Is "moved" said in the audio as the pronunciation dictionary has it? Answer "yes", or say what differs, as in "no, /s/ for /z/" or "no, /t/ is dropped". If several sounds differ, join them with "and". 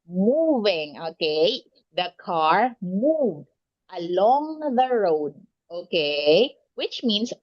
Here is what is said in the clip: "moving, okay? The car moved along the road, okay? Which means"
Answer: yes